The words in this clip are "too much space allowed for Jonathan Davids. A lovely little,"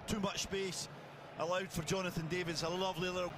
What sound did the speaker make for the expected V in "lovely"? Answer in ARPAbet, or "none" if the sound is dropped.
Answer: V